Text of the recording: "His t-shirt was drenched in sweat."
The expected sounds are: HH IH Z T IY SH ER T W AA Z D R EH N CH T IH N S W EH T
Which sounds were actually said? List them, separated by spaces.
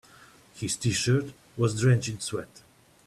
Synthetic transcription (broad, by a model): HH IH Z T IY SH ER T W AA Z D R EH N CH IH N S W EH T